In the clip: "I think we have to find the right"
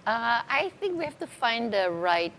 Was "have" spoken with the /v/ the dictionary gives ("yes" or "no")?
no